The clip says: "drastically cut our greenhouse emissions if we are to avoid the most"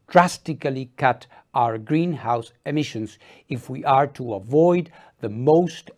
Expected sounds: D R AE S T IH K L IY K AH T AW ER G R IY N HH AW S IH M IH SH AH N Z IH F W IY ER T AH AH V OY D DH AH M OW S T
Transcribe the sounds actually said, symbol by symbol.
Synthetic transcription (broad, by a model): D R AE S T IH K L IY K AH T AW ER G R IY N HH AW S IH M IH SH AH N Z IH F W IY ER T AH AH V OY D DH AH M OW S T